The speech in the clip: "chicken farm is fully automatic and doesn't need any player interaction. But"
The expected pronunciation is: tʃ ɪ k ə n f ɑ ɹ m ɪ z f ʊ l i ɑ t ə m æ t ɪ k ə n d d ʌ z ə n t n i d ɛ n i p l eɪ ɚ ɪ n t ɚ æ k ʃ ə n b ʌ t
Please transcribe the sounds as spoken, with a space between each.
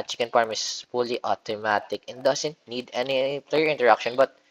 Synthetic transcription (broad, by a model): tʃ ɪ k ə n p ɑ ɹ m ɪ s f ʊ l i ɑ t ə m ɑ t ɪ k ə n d d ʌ s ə n t n i d ɛ n i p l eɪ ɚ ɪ n t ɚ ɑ k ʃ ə n b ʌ t